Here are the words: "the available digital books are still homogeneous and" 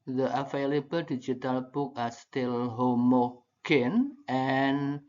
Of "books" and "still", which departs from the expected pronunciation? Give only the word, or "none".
books